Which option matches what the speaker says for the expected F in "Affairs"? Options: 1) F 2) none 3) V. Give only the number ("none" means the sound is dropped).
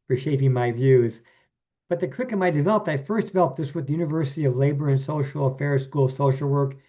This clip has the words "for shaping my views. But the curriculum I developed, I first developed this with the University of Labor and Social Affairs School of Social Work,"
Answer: 1